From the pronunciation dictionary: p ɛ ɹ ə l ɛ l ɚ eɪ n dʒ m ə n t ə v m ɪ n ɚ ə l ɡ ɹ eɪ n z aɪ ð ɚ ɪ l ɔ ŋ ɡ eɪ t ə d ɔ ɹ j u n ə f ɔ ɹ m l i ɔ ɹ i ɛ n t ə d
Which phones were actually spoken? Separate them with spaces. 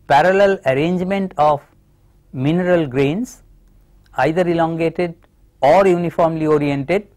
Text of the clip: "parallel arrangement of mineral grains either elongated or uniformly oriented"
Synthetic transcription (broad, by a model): p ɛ ɹ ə l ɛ l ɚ eɪ n dʒ m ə n t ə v m ɪ n ɚ ə l ɡ ɹ eɪ n s aɪ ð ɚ ɪ l ɔ ŋ ɡ eɪ t ə d ɔ ɹ j u n ə f ɔ ɹ m l i ɔ ɹ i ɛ n t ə d